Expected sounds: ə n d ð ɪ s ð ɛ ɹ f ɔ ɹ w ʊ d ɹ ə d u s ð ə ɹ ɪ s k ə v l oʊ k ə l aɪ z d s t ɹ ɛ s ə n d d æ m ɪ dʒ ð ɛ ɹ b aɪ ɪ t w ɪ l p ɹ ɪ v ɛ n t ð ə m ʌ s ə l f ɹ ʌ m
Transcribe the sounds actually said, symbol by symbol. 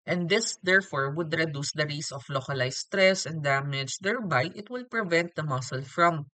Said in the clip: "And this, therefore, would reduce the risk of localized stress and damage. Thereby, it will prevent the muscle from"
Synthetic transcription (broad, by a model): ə n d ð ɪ s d ɛ ɹ f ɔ ɹ w ʊ d ɹ ə d u s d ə ɹ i s ə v l oʊ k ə l aɪ s t ɹ ɛ s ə n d d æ m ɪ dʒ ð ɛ ɹ b aɪ ɪ t w ɪ l p ɹ ɪ v ɛ n t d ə m ʌ s ə l f ɹ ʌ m